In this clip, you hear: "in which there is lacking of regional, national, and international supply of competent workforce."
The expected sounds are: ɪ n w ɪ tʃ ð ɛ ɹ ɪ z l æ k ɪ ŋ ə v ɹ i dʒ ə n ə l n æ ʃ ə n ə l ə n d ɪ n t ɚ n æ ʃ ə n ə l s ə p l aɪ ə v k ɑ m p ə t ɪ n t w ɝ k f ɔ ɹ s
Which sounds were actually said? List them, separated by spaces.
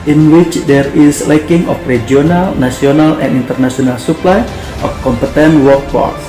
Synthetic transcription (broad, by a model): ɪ n w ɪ tʃ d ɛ ɹ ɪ s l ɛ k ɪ ŋ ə f ɹ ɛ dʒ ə n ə l n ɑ s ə n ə l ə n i n t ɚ n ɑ s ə n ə l s ə p l aɪ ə f k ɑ m p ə t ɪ n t w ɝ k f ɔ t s